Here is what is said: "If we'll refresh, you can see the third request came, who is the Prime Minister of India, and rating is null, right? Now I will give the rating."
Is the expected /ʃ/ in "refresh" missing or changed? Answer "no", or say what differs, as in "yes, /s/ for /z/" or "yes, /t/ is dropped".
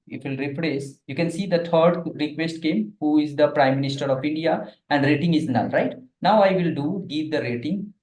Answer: yes, /s/ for /ʃ/